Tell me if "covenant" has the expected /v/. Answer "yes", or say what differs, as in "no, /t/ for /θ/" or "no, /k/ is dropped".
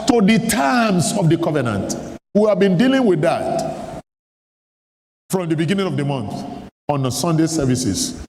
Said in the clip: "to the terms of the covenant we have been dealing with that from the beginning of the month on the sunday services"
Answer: yes